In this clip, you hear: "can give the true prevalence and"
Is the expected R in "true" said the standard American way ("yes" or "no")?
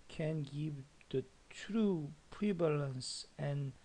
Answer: yes